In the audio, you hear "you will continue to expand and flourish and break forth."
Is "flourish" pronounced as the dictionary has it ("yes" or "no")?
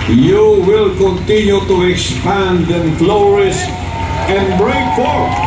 no